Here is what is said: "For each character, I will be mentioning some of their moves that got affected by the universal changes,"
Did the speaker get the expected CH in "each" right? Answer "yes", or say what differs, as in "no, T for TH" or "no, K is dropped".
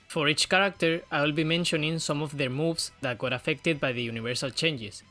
yes